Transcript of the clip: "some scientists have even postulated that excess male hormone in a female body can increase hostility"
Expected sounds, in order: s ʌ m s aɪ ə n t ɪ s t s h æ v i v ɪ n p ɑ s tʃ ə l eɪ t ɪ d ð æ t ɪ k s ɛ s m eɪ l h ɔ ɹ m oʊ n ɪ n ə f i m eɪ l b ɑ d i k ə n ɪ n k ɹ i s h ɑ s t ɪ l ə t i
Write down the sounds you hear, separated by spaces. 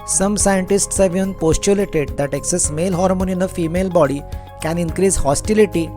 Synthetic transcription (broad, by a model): s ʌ m s aɪ ə n t ɪ s t s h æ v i ɪ n p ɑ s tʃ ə l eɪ t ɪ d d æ t ɪ k s ɛ s m eɪ l h ɔ ɹ m oʊ n ɪ n ə f i m eɪ l b ɑ d i k ə n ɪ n k ɹ i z h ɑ s t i l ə t i